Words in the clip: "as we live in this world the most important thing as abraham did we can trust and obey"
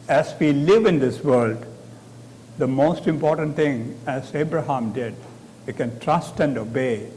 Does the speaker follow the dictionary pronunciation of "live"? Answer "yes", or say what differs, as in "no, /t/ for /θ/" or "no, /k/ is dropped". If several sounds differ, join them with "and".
yes